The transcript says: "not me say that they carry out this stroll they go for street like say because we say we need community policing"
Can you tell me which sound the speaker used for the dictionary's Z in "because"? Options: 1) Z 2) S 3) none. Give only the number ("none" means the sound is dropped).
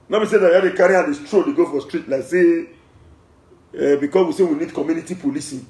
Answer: 2